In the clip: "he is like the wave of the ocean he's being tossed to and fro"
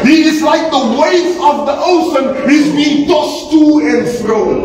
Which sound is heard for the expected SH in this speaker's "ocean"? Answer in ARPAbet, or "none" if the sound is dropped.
S